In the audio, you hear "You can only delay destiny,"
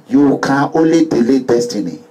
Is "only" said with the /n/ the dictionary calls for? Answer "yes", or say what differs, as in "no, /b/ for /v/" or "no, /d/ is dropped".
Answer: no, /n/ is dropped